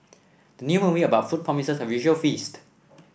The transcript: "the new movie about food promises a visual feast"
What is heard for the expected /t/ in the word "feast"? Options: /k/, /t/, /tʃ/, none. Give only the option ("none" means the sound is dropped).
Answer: /t/